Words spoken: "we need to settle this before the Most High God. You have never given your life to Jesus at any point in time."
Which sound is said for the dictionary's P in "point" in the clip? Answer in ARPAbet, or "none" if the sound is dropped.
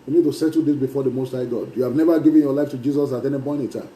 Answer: B